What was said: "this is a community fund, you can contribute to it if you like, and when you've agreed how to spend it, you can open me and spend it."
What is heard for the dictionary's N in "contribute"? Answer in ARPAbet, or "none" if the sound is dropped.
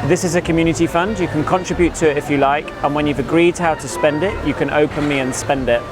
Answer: N